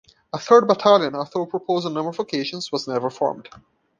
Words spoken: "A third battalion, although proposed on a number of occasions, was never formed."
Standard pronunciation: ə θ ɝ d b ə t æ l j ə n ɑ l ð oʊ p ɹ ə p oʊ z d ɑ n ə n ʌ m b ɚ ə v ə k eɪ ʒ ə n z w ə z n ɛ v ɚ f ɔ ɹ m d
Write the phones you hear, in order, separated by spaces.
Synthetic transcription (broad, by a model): ə θ ɝ d b ə t æ l j ə n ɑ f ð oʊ p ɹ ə p oʊ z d ə n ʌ m ɚ ə v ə k eɪ ʃ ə n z w ə z n ɛ v ɚ f ɔ ɹ m d